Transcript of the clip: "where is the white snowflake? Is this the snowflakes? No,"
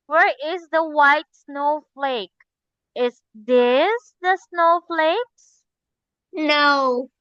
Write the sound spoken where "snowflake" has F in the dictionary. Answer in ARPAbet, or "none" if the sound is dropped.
F